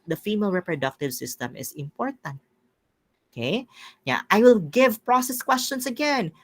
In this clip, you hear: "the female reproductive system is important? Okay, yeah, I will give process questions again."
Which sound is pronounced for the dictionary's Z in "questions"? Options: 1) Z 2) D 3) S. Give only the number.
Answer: 3